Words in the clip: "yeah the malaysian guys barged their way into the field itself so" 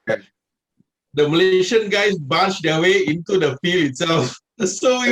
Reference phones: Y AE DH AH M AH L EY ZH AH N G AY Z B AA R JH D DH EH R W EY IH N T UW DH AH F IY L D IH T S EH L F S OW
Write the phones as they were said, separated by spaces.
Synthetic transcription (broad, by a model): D AH M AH L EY SH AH N G AY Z B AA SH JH D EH W EY IH N T UW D AH F IY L IH T S EH L F S OW